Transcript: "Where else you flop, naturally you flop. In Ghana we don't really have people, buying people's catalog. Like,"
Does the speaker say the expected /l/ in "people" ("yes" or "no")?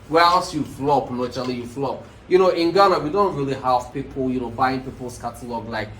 no